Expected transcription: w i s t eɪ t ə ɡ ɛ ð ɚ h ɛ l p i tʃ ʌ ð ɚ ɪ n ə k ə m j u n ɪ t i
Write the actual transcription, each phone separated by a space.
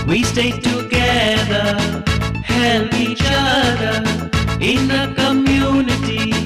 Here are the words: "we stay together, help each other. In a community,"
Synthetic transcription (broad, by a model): w i s t eɪ t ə ɡ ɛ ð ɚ h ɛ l i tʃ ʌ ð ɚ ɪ n ə k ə m j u n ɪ t i